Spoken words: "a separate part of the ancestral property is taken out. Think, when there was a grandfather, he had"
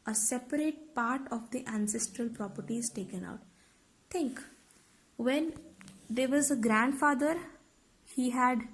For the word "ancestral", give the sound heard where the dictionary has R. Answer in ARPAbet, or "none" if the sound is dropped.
R